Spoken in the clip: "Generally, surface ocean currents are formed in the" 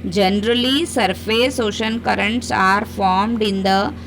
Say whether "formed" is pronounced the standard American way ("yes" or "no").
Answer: yes